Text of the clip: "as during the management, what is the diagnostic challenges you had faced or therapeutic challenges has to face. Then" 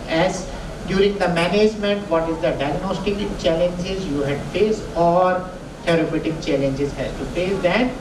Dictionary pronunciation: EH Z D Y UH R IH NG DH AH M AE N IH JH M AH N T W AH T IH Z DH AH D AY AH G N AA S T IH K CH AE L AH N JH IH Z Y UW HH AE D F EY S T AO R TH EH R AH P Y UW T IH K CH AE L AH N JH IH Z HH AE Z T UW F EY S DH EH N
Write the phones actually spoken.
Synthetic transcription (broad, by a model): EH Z D Y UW R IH NG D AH M AE N IH JH M AH N T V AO T IH Z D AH D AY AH G N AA S T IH K CH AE L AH N JH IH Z Y UW HH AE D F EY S AO R T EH R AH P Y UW T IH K CH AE L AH N JH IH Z HH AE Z T UW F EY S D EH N